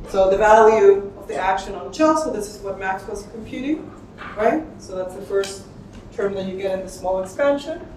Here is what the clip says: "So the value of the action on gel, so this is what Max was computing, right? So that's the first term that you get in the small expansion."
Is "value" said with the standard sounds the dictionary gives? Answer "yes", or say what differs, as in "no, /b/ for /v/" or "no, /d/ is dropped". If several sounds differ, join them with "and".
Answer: yes